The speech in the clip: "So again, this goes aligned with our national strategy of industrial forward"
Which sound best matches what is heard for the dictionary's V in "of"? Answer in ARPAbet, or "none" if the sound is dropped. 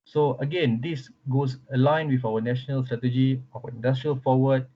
W